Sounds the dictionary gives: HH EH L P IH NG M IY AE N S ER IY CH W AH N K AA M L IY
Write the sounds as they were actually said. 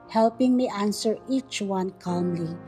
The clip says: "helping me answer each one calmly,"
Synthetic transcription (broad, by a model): HH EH L P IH NG M IY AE N S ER IY CH W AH N K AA M L IY